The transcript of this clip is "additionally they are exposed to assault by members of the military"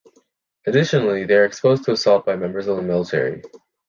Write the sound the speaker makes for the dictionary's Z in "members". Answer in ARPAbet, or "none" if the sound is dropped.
Z